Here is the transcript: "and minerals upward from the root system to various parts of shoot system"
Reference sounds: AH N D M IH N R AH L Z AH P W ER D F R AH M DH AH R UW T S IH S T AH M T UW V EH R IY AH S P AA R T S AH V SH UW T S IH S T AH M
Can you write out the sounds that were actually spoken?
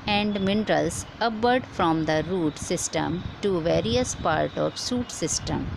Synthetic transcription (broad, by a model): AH N D M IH N R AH L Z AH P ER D F R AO M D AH R UW T S IH S T AH M T UW V EH R IY AH S P AA R T AH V S UW T S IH S T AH M